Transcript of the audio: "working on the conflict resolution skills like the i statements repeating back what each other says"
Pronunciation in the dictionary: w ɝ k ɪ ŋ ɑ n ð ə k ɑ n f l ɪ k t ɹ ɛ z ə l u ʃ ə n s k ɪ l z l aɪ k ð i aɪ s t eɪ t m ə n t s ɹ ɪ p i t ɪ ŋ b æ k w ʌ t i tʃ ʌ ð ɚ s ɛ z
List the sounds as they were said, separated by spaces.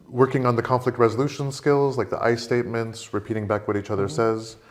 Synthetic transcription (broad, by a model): w ɝ k ɪ ŋ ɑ n ð ə k ɑ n f l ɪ k t ɹ ɛ z ə l u ʃ ə n s k ɪ l z l aɪ k ð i aɪ s t eɪ t m ə n t s ɹ ɪ p i t ɪ ŋ b æ k w ʌ t i tʃ ʌ ð ɚ s ɛ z